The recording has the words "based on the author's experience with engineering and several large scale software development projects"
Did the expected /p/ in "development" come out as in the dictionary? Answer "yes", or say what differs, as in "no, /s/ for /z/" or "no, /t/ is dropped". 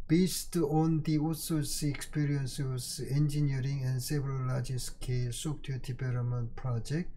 no, /p/ is dropped